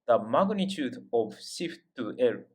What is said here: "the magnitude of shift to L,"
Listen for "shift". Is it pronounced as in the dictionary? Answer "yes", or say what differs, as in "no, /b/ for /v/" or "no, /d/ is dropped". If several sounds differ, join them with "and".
no, /s/ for /ʃ/